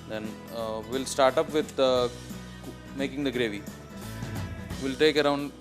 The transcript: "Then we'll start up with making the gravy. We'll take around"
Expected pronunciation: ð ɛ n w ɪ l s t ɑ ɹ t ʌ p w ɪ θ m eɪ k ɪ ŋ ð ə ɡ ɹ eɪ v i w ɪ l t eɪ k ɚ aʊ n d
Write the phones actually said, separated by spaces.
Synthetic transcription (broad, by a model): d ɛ n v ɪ l s t ɑ ɹ t ʌ p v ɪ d m eɪ k ɪ ŋ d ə ɡ ɹ eɪ v i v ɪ l t eɪ k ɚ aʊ n d